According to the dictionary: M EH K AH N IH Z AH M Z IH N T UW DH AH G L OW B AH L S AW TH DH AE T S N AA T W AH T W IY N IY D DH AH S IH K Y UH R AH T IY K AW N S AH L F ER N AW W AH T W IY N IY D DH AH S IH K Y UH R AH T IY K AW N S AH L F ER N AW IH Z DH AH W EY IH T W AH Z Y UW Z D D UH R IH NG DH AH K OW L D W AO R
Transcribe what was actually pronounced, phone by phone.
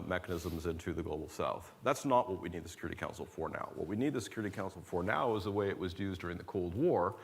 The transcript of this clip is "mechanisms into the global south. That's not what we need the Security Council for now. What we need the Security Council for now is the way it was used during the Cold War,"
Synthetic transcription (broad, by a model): M EH K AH N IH Z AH M Z IH N T UW DH AH G L OW B L S AW TH DH AE T S N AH T W AH T W IY N IY D DH AH S IH K Y UH R AH T IY K AW N S L F ER N AW W AH T W IY N IY D DH AH S IH K Y UH R AH T IY K AW N S L F ER N AW IH Z DH AH W EY IH T W AH Z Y UW Z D D UH R IH NG DH AH K OW L D W AO R